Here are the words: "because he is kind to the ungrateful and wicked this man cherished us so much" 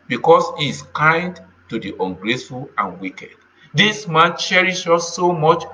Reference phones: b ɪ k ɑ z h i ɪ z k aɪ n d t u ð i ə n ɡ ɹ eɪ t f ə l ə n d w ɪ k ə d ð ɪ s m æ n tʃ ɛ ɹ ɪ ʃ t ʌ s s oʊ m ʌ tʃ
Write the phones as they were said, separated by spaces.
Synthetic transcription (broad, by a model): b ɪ k ɑ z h i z k aɪ n d t u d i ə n ɡ ɹ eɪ s f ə l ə n w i k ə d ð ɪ s m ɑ n tʃ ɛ ɹ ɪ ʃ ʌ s s oʊ m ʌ tʃ